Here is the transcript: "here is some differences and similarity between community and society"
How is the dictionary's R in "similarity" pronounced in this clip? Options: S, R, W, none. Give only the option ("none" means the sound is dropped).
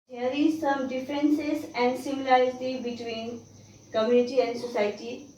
none